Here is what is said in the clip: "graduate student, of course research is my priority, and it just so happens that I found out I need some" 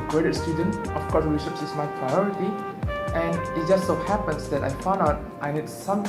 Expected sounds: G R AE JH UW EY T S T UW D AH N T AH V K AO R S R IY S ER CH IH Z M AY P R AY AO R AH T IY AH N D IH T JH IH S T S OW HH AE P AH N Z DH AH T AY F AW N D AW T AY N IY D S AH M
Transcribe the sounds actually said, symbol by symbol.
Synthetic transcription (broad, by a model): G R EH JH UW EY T S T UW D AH N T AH F K AO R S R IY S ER S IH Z M AY P R AY AO R AH T IY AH N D IH T JH IH S T S OW HH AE P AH N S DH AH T AY F AW N D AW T AY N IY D S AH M